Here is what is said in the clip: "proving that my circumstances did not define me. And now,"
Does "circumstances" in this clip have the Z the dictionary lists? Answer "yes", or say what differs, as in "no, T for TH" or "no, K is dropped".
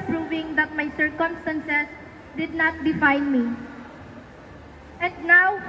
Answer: no, S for Z